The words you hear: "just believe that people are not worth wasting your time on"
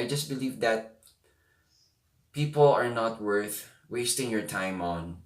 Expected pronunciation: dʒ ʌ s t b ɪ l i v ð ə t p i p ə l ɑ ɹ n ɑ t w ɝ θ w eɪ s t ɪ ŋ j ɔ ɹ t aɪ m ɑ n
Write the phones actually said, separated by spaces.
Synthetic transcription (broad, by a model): dʒ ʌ s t b ɪ l i v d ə t p i p ə l ɑ ɹ n ɑ t w ɝ θ w eɪ s t ɪ ŋ j ɔ ɹ t aɪ m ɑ n